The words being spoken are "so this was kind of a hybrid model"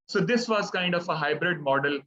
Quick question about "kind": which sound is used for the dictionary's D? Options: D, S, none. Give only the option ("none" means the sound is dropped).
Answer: D